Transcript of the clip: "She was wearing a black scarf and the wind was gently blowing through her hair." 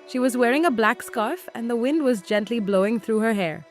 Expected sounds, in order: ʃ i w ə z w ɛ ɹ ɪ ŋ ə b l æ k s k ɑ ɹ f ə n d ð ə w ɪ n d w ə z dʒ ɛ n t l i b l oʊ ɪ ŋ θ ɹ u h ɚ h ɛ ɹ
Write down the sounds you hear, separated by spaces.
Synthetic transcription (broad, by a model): ʃ i w ə z w ɛ ɹ ɪ ŋ ə b l æ k s k ɑ ɹ f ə n ð ə w ɪ n d w ə z dʒ ɛ n t l i b l oʊ ɪ ŋ θ ɹ u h ɚ h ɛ ɹ